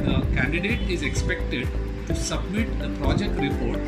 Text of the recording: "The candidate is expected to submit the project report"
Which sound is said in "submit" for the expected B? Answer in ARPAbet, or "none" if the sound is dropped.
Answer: B